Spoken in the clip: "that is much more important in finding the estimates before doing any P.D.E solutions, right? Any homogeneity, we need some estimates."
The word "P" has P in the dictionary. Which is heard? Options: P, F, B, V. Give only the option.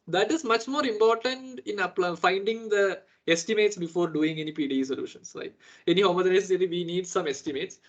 P